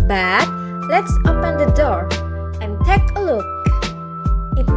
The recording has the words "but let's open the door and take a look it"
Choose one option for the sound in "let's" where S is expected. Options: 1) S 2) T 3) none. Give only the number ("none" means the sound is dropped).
1